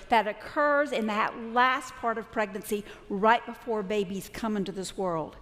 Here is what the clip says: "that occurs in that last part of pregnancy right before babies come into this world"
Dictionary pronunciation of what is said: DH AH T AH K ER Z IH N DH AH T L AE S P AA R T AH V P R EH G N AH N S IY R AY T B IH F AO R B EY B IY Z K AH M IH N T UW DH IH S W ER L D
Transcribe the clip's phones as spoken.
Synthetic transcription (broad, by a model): DH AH T AH K ER Z IH N DH AH T L AE S P AA R T AH V P R EH G N AH N S IY R AY T B IH F AO R B EY B IY Z K AH M IH N T UW DH IH S W ER L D